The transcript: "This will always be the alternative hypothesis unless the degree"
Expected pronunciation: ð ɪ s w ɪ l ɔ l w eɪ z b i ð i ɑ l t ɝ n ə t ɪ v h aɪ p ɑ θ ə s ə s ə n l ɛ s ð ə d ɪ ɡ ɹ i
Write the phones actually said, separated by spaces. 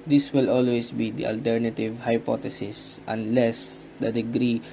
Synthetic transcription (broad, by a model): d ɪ s w ɪ l ɔ l w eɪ s b i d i ɑ l t ɝ n ə t ɪ v h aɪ p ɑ t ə s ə s ə n l ɛ s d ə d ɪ ɡ ɹ i